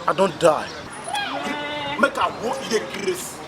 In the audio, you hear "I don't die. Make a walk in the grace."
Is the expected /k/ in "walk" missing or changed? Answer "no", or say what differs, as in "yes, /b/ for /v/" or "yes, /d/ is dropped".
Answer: yes, /k/ is dropped